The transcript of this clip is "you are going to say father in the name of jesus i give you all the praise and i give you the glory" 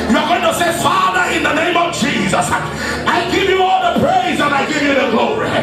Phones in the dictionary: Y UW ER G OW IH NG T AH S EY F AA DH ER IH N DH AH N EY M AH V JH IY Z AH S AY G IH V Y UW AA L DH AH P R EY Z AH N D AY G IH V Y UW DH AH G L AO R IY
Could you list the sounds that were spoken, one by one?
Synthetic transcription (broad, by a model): Y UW ER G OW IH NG T AH S EY F AA DH ER IH N DH AH N EY M AH V JH IY Z AH S AY G IH V Y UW AA L DH AH P R EY Z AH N AY G IH V Y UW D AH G L AO R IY